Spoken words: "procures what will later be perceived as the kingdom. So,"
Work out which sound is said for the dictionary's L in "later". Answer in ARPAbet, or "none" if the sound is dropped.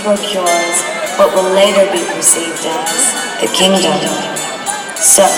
L